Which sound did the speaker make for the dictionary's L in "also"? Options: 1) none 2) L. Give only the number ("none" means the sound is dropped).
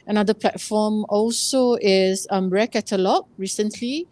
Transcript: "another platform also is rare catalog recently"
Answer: 2